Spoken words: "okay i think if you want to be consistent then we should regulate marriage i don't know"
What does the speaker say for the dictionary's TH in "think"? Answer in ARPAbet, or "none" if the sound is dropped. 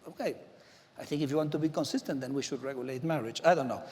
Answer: TH